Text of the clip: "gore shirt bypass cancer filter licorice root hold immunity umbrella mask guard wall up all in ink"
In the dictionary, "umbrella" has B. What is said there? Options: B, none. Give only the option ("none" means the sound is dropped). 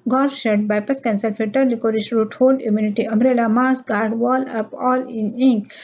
none